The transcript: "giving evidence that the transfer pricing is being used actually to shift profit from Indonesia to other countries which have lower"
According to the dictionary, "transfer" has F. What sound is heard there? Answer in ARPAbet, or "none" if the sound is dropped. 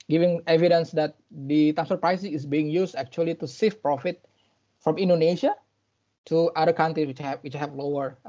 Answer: none